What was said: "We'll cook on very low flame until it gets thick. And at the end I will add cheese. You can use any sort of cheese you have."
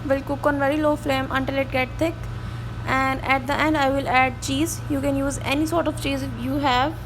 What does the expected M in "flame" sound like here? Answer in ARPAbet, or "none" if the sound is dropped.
M